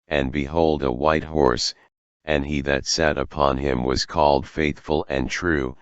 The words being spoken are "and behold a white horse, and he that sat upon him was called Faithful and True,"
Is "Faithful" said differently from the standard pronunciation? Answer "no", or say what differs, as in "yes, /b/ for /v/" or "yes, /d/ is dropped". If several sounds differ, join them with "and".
no